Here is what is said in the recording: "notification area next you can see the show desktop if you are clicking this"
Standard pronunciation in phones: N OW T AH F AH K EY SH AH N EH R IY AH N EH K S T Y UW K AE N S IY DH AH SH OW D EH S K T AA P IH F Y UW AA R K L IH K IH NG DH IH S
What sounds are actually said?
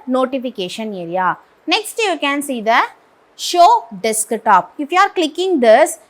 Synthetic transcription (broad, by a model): N OW T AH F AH K EY SH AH N EH R IY AH N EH K S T Y UW K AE N S IY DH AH SH OW D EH S K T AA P IH F Y UW AA R K L IH K IH NG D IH S